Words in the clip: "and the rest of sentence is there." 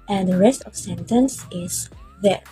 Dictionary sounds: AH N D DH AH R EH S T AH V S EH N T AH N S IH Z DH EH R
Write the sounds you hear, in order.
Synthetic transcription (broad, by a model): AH N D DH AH R EH S T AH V S EH N T AH N S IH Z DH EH R